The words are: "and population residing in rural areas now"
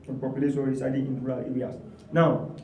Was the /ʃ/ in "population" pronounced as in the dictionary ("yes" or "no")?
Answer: no